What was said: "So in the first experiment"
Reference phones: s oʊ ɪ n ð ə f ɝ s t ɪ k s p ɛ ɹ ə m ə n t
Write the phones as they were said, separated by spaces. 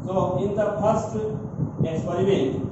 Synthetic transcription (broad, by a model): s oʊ ɪ n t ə p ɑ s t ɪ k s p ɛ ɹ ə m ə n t